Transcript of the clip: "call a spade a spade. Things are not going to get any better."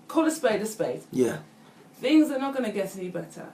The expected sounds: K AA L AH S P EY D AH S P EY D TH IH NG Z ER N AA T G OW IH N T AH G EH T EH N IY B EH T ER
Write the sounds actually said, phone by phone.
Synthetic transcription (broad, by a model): K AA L AH S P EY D AH S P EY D TH IH NG Z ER N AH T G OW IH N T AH G EH T EH N IY B EH T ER